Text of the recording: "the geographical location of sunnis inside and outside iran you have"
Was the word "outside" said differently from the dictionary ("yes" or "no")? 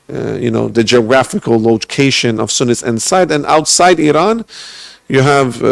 no